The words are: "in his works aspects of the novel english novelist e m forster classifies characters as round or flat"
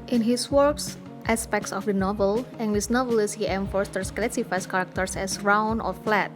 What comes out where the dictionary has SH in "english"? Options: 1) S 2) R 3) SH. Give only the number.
1